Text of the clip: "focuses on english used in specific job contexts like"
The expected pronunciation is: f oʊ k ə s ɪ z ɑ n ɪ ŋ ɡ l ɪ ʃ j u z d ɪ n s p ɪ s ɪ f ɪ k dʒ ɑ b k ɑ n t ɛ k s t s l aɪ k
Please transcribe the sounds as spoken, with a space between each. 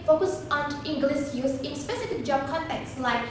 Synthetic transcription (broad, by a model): f oʊ k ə s ɑ n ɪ ŋ ɡ l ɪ s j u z ɪ n s p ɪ s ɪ f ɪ k dʒ ɑ b k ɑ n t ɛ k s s l aɪ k